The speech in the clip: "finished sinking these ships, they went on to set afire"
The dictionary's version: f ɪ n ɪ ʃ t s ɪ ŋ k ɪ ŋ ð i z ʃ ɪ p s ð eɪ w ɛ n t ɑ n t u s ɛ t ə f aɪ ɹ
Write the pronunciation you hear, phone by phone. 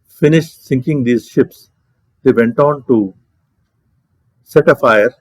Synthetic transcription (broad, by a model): f ɪ n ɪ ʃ t s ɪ ŋ k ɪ ŋ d i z ʃ ɪ p s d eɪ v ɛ n t ɑ n t u s ɛ t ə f aɪ ɹ